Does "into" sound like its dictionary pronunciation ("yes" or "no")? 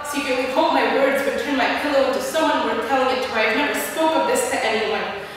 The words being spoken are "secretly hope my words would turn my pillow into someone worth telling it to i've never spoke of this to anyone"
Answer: yes